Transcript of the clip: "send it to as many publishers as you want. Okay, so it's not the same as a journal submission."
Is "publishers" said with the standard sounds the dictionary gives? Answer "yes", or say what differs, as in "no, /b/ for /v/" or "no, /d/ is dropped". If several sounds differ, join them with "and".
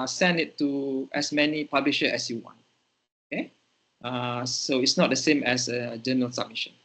no, /z/ is dropped